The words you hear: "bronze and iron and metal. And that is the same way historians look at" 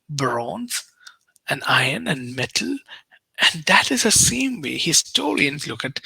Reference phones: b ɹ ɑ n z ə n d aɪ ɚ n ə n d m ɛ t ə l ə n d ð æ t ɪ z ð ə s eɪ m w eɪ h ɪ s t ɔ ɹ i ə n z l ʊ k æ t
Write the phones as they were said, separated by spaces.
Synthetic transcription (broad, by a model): b ɹ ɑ n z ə n aɪ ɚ n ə n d m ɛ t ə l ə n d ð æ t ɪ z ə s eɪ m w eɪ h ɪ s t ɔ l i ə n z l ʊ k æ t